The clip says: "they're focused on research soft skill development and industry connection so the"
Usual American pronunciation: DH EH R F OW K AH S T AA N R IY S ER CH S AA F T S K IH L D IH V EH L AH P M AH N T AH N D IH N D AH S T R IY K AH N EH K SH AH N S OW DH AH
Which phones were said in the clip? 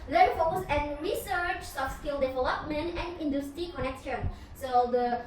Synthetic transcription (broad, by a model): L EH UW F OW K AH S EH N R IY S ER CH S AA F S K IH L D IH V EH L AH P M AH N T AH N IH N D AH S T R IY K AH N EH K SH AH N S OW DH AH